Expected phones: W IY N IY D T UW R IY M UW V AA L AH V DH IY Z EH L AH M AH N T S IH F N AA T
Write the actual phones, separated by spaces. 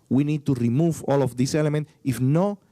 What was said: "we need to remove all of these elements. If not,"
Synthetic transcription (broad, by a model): W IY N IY D T UW R IY M UW V AA L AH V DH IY S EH L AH M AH N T IH F N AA